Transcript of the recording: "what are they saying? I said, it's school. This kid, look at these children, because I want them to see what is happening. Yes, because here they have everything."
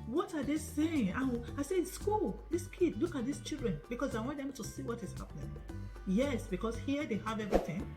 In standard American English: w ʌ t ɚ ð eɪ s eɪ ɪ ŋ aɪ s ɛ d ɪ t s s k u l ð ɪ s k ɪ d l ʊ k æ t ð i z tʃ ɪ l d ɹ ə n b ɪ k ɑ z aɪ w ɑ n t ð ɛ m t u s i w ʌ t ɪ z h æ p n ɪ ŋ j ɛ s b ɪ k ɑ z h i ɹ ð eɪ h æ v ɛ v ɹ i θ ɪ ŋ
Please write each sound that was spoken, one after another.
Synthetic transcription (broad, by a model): w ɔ t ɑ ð eɪ s eɪ ɪ ŋ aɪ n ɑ ɪ s s k u l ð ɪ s k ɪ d l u k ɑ t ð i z tʃ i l d ɹ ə n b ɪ k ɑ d aɪ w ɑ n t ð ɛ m t u s i w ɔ t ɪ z h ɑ p n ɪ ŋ j ɛ s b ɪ k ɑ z h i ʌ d eɪ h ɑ v ɛ v ɹ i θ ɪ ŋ